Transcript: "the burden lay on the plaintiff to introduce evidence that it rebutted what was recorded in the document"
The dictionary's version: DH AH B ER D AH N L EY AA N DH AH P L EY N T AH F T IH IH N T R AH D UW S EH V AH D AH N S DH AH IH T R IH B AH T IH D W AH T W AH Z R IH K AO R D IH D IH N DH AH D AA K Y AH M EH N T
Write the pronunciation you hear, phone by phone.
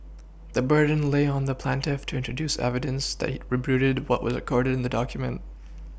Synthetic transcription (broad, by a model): DH AH B ER D N L EY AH N DH AH P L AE N T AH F T IH IH N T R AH D UW S EH V AH D AH N S DH IH T R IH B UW T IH D W AH T W AH Z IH K AO R D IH D IH N DH AH D AA K Y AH M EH N T